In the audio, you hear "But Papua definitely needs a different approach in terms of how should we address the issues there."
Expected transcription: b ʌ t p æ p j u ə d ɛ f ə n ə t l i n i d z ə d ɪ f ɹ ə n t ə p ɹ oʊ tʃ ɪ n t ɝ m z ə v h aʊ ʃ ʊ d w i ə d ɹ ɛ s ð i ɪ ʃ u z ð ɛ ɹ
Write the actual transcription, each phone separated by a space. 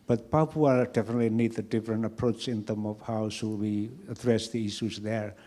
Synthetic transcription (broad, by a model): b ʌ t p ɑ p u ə d ɛ f ə n ə t l i n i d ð ə d ɪ f ɹ ə n t ə p ɹ oʊ tʃ ɪ n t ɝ m ə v h aʊ s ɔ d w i ə d ɹ ɛ s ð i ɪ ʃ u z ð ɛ ɹ